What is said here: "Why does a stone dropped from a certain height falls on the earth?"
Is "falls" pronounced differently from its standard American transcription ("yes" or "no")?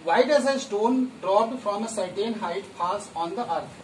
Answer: yes